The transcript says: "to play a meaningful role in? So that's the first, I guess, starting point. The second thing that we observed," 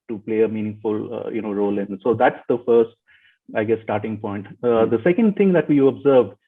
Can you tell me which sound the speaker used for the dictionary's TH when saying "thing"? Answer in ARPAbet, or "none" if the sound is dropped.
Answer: T